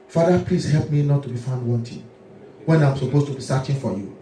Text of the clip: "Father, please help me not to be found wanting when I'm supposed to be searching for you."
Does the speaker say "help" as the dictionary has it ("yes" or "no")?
yes